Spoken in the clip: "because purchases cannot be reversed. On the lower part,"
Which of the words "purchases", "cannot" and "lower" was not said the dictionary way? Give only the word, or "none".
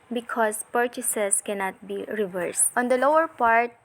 purchases